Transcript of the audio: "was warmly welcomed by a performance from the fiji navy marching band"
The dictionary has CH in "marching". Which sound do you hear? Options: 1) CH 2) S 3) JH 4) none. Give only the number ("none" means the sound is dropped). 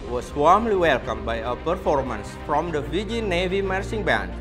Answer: 2